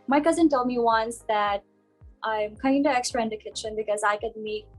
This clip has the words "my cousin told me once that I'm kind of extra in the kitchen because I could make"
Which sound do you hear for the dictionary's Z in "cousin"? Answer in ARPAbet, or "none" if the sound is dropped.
Z